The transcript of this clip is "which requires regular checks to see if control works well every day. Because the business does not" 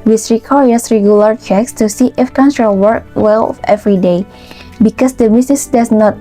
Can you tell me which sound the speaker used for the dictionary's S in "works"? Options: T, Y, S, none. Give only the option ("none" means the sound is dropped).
none